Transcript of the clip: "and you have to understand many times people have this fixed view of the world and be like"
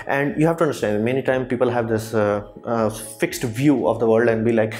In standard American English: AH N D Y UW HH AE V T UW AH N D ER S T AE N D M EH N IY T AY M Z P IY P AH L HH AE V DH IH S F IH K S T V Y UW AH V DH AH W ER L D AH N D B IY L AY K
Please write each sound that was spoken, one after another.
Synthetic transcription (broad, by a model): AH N D Y UW HH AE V T UW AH N D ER S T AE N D M EH N IY T AY M P IY P AH L HH AE V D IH S F IH K S T V Y UW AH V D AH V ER L D AH N D B IY L AY K